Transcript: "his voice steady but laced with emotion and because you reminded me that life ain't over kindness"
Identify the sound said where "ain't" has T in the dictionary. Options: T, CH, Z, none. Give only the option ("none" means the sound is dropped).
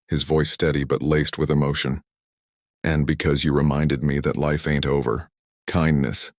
T